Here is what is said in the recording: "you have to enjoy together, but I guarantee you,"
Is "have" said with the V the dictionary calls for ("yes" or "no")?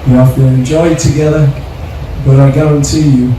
no